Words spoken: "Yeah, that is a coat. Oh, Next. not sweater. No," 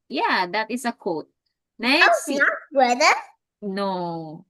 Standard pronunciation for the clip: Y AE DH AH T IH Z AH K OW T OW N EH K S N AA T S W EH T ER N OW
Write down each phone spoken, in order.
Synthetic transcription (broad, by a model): Y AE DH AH T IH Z AH K OW T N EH S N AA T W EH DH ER N OW